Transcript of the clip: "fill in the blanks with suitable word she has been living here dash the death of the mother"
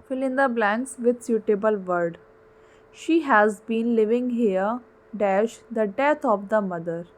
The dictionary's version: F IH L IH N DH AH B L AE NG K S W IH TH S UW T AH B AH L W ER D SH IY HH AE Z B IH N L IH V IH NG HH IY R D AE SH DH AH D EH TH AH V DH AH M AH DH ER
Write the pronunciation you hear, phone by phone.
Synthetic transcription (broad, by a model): F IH L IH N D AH B L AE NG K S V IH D S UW T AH B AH L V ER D SH IY HH AE Z B IH N L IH V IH NG HH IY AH D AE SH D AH D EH T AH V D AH M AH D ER